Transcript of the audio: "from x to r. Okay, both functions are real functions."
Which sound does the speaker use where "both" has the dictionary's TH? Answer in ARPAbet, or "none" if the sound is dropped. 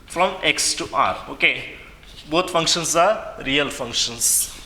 T